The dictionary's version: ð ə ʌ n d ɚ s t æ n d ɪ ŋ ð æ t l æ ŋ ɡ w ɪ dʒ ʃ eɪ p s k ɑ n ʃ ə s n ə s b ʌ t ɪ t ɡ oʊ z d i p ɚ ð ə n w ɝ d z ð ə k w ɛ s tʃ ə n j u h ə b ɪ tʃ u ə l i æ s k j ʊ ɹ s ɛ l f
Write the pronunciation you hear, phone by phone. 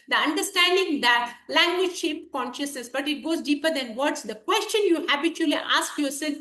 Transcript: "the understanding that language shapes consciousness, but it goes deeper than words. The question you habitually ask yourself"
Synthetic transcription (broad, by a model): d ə ʌ n d ɚ s t æ n d ɪ ŋ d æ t l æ ŋ ɡ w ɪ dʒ ʃ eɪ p k ɑ n ʃ ə s n ə s b ʌ t ɪ t ɡ oʊ z d i p ɚ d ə n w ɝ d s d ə k w ɛ s tʃ ə n j u h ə b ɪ tʃ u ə l i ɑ s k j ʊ ɹ s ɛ l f